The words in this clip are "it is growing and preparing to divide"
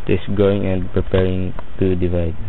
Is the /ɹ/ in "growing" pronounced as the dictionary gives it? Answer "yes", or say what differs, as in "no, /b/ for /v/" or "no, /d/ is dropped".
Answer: no, /ɹ/ is dropped